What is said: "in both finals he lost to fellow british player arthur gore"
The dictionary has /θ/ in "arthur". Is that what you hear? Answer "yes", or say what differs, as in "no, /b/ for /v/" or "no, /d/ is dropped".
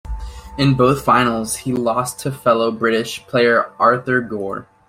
yes